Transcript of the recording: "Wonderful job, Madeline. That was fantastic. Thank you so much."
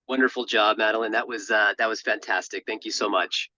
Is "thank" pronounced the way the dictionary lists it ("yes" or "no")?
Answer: yes